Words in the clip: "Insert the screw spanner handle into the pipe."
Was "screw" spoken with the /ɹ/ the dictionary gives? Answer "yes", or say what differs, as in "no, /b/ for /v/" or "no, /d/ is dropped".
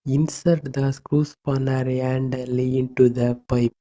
yes